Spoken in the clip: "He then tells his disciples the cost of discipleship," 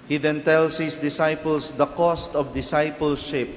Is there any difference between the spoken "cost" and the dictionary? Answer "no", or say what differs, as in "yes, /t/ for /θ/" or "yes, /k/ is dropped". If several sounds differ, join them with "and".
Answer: no